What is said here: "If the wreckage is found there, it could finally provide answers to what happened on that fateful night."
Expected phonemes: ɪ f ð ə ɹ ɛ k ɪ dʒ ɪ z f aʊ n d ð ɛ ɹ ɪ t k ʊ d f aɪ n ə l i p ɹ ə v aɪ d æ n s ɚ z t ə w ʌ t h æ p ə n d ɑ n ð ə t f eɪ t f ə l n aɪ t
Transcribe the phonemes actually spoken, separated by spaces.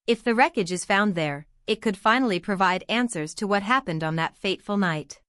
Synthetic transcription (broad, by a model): ɪ f ð ə ɹ ɛ k ɪ dʒ ɪ z f aʊ n ð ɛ ɹ ɪ t k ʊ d f aɪ n l i p ɹ ə v aɪ d æ n s ɚ z t ə w ʌ t h æ p ə n d n ð ə t f eɪ t f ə l n aɪ t